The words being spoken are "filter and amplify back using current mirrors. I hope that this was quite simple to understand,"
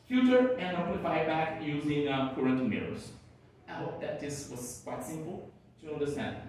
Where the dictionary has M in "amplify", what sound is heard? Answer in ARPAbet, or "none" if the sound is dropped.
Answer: none